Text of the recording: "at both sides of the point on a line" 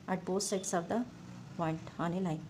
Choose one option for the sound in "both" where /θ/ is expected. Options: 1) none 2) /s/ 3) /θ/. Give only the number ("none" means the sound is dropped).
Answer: 2